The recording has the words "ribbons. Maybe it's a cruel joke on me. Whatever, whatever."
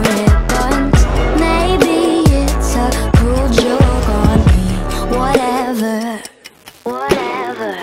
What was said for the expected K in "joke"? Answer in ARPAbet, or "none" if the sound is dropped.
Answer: K